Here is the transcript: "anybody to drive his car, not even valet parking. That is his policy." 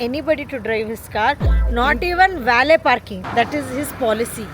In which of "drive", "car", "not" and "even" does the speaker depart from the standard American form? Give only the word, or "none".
none